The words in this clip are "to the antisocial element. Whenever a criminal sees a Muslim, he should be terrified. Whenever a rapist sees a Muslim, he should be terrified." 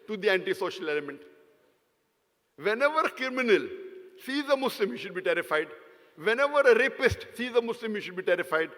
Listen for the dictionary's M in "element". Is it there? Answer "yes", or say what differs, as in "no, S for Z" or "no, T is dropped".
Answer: yes